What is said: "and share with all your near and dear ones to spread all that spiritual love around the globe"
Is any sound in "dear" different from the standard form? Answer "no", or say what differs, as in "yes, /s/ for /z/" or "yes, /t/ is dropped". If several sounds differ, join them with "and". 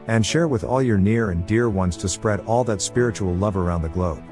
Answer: no